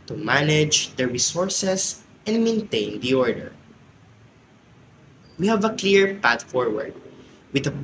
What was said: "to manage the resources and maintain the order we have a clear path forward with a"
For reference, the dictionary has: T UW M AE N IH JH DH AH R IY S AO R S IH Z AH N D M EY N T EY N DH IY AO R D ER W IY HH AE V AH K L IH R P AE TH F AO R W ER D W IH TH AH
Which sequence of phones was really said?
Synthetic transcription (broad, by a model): T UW M AE N IH JH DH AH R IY S AO R S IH S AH N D M EY N T EY N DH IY AO R D ER W IY HH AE V AH K L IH R P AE T F AO R W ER D W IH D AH